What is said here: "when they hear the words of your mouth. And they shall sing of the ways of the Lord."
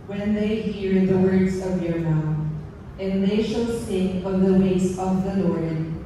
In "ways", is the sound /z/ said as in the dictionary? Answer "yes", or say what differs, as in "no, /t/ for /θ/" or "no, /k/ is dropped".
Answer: no, /s/ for /z/